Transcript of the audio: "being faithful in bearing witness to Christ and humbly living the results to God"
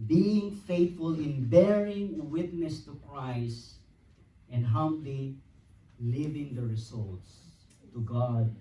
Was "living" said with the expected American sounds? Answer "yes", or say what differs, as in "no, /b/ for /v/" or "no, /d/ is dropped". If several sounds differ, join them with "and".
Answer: yes